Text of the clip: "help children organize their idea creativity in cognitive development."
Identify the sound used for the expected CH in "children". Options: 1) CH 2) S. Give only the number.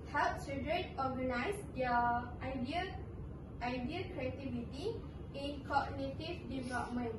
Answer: 2